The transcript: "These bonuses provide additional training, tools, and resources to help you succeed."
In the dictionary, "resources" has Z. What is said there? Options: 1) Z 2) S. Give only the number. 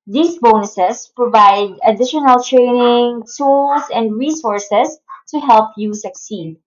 2